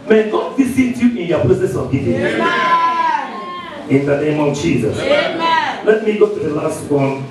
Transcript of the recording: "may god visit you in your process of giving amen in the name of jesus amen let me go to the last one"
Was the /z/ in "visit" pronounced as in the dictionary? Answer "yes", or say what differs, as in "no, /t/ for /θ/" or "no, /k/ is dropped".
no, /s/ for /z/